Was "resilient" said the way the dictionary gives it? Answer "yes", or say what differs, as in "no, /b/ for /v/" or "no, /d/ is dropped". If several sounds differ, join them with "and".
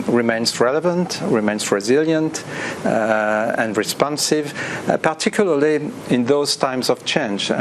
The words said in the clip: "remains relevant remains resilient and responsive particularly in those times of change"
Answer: yes